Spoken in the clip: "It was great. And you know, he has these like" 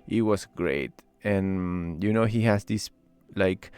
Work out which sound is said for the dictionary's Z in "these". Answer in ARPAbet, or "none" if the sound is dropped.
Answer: S